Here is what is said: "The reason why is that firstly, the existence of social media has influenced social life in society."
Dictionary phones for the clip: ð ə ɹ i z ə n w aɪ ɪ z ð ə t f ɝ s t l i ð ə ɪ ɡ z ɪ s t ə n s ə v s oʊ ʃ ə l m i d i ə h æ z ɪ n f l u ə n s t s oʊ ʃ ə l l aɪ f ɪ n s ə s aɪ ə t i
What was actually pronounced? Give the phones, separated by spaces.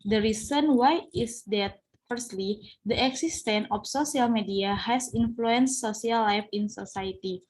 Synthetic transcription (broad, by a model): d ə ɹ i s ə n w aɪ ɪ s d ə t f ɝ s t l i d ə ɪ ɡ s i s t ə n ə f s oʊ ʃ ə l m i d i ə h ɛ s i n f l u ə n s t s oʊ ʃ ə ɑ l aɪ f ɪ n s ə s aɪ t i